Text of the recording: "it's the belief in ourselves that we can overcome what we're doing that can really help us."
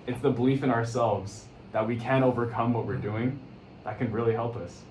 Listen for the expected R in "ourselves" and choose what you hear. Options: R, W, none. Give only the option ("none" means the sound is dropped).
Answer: R